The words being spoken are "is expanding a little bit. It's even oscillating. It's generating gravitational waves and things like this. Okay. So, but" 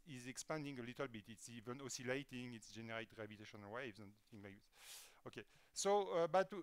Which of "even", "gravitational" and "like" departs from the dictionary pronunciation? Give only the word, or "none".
gravitational